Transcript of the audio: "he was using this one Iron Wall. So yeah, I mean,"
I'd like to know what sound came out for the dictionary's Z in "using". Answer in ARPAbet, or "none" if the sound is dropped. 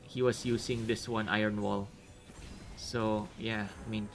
S